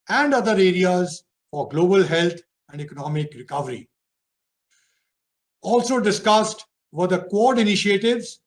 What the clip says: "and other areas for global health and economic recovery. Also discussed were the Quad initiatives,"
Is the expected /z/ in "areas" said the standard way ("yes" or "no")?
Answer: yes